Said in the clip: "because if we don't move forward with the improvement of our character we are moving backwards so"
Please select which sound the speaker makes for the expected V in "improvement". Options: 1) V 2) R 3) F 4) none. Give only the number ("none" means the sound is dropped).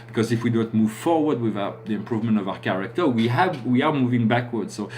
1